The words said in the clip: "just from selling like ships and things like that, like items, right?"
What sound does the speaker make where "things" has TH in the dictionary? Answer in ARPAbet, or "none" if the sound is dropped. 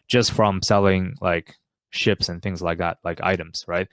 TH